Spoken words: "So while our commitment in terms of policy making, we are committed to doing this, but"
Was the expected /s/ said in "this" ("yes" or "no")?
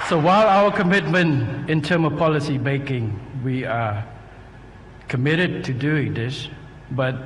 no